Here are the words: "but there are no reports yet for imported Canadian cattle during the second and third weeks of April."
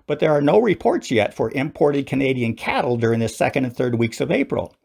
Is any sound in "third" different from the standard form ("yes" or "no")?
no